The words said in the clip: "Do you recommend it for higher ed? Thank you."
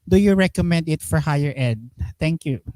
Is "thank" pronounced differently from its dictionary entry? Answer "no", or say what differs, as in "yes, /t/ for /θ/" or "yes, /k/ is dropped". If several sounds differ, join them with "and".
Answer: yes, /t/ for /θ/